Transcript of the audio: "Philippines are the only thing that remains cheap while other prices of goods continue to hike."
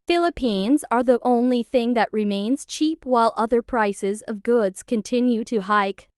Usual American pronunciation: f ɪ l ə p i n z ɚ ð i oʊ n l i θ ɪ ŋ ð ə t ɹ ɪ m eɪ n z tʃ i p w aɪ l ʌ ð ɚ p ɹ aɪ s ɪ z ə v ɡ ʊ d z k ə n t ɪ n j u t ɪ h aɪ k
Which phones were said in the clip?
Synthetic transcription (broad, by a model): f ɪ l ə p i n z ɚ ð i oʊ n l i θ ɪ ŋ ð ə t ɹ ɪ m eɪ n z tʃ i p w aɪ l ʌ ð ɚ p ɹ aɪ s ɪ z ə v ɡ ʊ d z k ə n t ɪ n j u t ɪ h aɪ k